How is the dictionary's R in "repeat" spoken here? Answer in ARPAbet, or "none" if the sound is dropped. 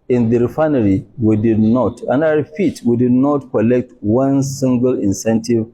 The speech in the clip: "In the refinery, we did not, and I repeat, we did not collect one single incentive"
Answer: W